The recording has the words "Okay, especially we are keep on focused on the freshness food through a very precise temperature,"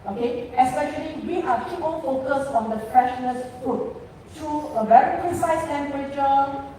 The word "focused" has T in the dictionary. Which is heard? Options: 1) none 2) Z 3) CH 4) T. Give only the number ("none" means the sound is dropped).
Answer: 1